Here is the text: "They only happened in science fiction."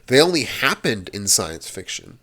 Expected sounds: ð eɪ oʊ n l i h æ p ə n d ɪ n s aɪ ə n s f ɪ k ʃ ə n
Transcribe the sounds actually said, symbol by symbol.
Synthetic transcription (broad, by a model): ð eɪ oʊ n l i h æ p ə n d ɪ n s aɪ ə n s f ɪ k ʃ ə n